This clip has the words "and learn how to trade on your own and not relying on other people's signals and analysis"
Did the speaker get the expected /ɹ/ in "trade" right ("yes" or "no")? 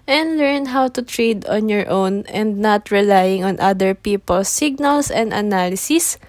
yes